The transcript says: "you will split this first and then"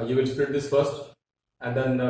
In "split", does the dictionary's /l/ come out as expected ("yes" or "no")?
no